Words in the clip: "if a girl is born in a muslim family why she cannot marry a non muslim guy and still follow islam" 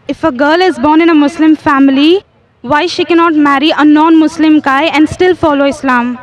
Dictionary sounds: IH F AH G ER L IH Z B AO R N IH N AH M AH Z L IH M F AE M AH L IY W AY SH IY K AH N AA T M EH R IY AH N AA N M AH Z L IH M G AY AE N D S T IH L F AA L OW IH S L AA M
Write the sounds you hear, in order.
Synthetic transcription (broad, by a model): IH F AH G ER L IH Z B AO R N IH N AH M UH S L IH M F AE M AH L IY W AY SH IY K AH N AA T M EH R IY AH N AA N M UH S L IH M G AY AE N D S T IH L F AA L OW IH S L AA M